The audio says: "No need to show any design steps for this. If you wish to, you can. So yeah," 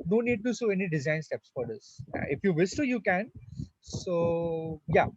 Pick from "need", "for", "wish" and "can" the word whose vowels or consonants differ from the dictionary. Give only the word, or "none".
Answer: wish